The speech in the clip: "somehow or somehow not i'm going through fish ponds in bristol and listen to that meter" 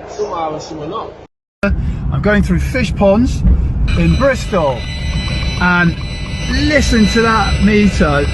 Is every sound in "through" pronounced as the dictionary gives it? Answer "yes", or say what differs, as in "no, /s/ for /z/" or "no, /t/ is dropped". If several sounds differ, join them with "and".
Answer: yes